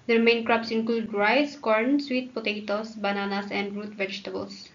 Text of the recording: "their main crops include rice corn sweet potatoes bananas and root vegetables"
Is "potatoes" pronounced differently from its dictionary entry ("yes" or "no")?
yes